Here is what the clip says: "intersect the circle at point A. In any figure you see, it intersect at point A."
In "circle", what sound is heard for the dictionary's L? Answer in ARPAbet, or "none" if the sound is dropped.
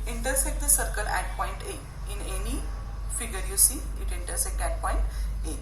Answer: L